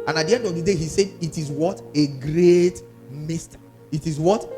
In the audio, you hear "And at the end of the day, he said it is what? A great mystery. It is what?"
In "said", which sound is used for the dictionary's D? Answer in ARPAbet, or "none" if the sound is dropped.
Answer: D